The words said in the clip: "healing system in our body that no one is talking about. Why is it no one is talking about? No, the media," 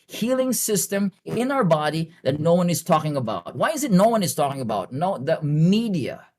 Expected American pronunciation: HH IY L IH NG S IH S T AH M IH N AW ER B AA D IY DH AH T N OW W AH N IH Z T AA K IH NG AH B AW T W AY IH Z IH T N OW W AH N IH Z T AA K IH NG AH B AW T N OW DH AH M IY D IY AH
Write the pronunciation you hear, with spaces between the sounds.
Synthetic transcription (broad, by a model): HH IY L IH NG S IH S T AH M IH N AW ER B AA D IY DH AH T N OW W AH N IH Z T AA K IH NG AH B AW T W AY IH Z IH T N OW W AH N IH Z T AA K IH NG AH B AW T N OW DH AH M IY D IY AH